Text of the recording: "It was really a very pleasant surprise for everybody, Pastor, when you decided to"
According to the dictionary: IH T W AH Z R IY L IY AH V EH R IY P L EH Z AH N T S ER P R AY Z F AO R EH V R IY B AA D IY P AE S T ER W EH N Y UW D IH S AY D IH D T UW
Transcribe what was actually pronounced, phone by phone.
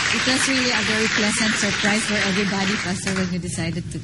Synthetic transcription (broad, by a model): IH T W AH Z R IY L IY AH V EH R IY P L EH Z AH N T S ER P R AY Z F AO R EH V R IY B AA D IY F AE S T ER W EH N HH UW D IH S AY D IH D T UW